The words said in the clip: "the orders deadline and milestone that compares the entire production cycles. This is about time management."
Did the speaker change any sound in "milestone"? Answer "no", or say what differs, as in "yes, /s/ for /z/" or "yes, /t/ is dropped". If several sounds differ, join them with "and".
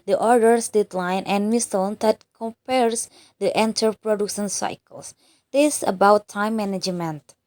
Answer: yes, /l/ is dropped